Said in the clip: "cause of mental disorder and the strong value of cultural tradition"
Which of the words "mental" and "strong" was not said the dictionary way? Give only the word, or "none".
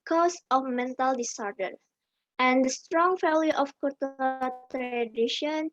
none